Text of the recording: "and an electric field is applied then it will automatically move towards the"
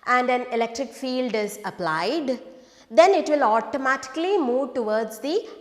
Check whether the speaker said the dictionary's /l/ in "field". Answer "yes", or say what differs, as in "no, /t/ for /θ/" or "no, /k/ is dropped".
yes